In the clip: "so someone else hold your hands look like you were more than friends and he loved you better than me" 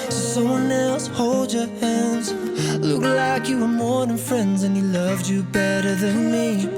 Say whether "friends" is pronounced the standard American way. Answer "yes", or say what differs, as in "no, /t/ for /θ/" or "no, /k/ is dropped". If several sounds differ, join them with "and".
yes